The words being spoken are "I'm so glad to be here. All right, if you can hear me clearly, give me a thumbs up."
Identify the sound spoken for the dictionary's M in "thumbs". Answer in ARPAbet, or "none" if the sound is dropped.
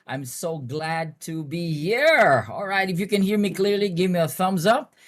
M